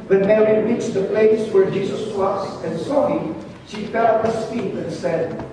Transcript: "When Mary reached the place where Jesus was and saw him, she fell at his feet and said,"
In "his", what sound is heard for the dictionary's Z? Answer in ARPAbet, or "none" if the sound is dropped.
S